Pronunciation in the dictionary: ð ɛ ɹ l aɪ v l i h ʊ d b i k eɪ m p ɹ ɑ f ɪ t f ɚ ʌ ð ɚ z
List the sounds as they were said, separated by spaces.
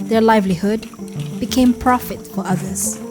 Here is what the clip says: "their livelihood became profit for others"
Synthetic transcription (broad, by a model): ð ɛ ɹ l aɪ v l i h ʊ d b i k eɪ m p ɹ ɑ f ɪ t f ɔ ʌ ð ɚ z